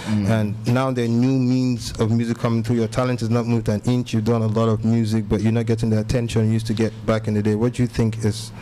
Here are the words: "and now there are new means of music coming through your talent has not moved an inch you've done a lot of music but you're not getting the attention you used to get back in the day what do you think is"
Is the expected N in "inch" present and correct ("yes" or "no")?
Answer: yes